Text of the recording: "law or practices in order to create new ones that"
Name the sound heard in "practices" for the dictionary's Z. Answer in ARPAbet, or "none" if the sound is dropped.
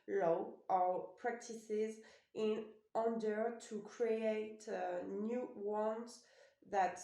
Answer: Z